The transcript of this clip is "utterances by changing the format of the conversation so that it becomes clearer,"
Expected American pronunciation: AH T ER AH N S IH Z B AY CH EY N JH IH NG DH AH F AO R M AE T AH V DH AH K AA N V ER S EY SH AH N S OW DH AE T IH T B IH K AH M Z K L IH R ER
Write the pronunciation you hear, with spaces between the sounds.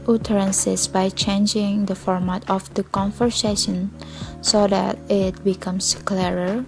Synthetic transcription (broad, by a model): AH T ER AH N S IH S B AY CH EY N JH IH NG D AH F AO R M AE T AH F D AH K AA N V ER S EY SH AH N S OW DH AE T IH T B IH K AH M S K L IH R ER